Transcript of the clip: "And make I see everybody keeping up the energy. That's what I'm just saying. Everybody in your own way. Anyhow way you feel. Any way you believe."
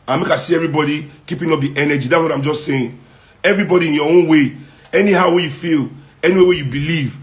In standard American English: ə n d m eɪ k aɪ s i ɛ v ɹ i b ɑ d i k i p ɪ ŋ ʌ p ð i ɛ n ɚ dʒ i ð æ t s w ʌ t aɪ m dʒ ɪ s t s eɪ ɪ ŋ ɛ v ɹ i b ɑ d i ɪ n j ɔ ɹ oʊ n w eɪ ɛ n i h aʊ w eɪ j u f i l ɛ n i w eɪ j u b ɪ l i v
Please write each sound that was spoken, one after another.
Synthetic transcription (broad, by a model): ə m eɪ k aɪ s i ɛ v ɹ i b ɑ d i k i p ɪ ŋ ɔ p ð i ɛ n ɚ dʒ i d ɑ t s w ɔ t aɪ m dʒ ɪ s t s eɪ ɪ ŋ ɛ v ɹ i b ɑ d i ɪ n j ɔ w oʊ n w eɪ ɛ n i h aʊ w eɪ j u f i l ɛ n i w eɪ j u b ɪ l i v